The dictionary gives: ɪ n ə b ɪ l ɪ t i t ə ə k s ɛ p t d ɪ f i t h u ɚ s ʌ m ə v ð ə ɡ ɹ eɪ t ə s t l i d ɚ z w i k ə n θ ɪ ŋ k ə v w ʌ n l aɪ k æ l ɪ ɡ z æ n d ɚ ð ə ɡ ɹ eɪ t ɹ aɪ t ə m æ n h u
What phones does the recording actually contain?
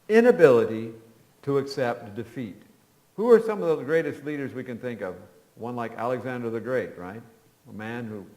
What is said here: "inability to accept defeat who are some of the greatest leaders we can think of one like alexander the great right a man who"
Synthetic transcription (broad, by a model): ɪ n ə b ɪ l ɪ t i t ə ə k s ɛ p t d ɪ f i t h u ɚ s ʌ m ə v ð ə ɡ ɹ eɪ t ə s t l i d ɚ z w i k ə n θ ɪ ŋ k ə v w ʌ n l aɪ k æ l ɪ ɡ z æ n d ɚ ð ə ɡ ɹ eɪ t ɹ aɪ t ə m æ n h u